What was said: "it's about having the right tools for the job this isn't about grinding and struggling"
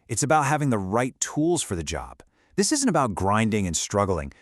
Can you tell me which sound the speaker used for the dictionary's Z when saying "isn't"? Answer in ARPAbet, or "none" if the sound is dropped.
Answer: Z